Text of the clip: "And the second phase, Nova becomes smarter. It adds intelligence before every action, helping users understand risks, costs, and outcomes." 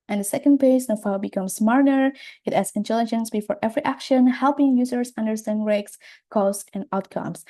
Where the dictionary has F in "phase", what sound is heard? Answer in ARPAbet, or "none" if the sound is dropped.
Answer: P